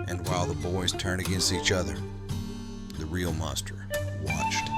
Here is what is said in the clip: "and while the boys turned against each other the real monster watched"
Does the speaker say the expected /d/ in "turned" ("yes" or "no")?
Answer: no